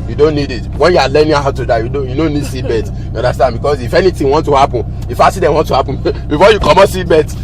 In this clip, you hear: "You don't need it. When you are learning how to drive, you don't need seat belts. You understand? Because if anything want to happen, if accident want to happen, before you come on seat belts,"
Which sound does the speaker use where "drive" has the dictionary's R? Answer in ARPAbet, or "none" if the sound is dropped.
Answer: none